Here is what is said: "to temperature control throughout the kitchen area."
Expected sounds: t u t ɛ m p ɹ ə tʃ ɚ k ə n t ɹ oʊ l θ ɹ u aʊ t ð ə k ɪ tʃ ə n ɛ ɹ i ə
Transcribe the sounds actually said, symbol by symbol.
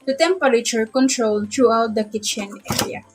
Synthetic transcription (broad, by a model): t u t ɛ m p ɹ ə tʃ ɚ k ə n t ɹ oʊ l t ɹ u aʊ t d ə k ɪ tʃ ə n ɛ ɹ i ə